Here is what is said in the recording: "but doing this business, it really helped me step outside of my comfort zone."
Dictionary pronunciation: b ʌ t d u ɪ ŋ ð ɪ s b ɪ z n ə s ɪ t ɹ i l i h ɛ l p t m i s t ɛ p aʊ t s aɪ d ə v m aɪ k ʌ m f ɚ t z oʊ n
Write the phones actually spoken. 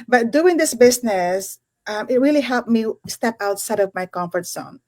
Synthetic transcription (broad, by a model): b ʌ t d u ɪ ŋ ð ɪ s b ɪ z n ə s ɪ t ɹ i l i h ɛ l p m i s t ɛ p aʊ t s aɪ d ə v m aɪ k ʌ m f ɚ t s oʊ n